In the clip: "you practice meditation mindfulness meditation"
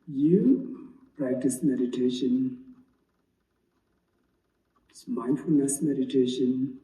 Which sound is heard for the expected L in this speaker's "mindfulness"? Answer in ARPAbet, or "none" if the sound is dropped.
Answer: L